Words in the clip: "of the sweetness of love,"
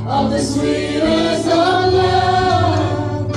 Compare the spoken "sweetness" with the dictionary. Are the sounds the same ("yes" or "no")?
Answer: no